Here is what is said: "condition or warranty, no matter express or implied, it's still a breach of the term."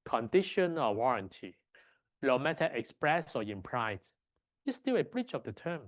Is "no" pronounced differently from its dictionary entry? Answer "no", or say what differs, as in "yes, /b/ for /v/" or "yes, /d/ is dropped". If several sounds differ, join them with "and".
yes, /l/ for /n/